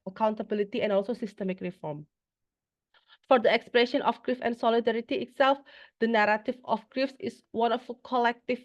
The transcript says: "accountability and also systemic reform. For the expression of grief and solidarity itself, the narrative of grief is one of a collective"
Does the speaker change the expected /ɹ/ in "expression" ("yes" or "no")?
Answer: no